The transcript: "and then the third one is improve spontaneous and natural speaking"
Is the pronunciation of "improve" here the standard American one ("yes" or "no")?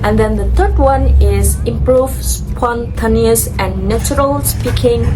yes